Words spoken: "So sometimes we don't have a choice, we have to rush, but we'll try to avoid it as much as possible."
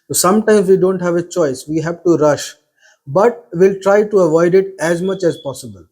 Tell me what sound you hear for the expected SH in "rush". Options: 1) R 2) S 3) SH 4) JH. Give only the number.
3